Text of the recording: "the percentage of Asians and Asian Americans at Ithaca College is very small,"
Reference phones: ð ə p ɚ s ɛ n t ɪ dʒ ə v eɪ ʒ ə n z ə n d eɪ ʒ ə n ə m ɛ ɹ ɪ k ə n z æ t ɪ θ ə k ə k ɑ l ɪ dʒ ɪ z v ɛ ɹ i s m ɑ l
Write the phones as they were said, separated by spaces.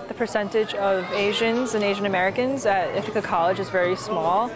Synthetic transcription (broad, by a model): ð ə p ɚ s ɛ n t ɪ dʒ ə v eɪ ʒ ə n z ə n eɪ ʒ ə n ə m ɛ ɹ ɪ k ə n z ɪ t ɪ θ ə k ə k ɑ l ɪ dʒ ɪ z v ɛ ɹ i s m ɑ l